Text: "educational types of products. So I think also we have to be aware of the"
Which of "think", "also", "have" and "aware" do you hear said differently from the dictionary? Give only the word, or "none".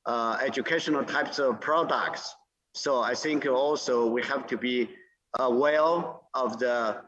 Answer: aware